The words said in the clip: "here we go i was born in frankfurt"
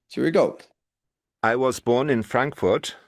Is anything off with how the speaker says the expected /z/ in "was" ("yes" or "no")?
no